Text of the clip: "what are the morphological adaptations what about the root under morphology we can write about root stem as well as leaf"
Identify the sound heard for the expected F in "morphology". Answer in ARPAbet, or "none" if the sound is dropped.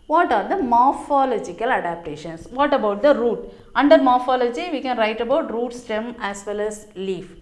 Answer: F